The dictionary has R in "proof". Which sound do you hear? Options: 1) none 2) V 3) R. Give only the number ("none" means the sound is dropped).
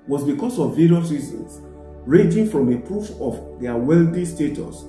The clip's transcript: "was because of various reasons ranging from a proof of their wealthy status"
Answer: 3